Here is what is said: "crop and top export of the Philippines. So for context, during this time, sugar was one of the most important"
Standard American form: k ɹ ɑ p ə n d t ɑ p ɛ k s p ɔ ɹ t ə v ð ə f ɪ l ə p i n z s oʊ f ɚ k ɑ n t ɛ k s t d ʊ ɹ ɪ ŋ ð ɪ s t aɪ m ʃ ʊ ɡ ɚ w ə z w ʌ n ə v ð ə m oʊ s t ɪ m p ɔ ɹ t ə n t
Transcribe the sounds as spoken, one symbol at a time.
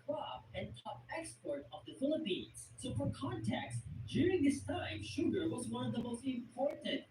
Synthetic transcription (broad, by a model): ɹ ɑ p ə n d t ɑ p ɛ k s p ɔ ɹ t ə v ð ə f ɪ l ə p i n z s oʊ f ɚ k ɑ n t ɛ k s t d ʊ ɹ ɪ ŋ ð ɪ s t aɪ m ʃ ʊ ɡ ɚ w ə z w ʌ n ə v ð ə m oʊ s t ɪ m p ɔ ɹ t n t